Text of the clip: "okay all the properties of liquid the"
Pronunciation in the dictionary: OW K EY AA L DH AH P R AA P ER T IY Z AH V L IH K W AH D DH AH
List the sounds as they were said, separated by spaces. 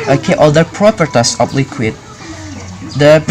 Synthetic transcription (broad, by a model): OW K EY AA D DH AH P R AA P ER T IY S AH P L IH K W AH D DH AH